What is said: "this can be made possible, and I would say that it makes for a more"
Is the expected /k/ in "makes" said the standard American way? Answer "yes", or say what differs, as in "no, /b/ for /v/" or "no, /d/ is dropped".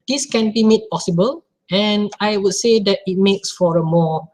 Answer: yes